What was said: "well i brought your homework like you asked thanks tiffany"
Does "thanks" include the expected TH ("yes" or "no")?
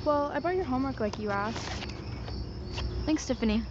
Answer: yes